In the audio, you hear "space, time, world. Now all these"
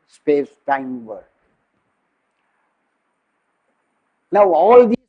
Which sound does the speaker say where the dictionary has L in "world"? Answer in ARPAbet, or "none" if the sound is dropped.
none